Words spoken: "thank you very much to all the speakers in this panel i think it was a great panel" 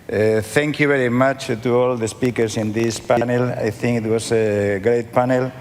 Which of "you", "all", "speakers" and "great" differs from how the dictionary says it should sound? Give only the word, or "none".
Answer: speakers